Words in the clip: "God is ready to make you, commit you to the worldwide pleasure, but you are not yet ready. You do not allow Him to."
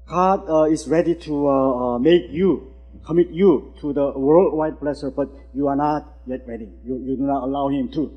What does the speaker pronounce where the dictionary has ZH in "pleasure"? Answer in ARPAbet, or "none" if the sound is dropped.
S